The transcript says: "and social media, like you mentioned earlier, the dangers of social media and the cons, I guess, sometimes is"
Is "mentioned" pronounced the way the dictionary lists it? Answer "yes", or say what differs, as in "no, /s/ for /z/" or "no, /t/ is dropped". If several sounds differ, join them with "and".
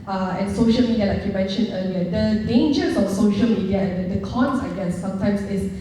no, /d/ is dropped